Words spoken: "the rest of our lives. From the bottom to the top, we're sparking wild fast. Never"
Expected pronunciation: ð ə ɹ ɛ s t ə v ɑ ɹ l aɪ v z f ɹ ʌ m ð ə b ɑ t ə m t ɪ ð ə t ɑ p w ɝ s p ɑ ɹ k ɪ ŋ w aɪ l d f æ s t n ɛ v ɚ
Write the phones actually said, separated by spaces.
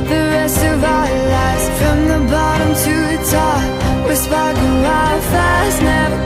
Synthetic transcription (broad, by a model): ð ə ɹ ɛ s t ə v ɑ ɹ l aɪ z f ɹ ʌ m ð ə b ɑ t ə m t ɪ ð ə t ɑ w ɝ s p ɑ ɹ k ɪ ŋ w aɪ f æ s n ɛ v